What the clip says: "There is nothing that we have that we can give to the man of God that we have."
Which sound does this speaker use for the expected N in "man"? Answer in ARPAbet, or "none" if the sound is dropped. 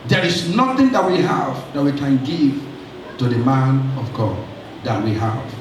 N